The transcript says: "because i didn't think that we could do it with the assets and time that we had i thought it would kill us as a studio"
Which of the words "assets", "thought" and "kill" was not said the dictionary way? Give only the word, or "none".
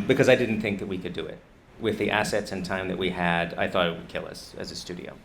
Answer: none